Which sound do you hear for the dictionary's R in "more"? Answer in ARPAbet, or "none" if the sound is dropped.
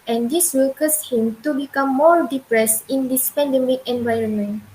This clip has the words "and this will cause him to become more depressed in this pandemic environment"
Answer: R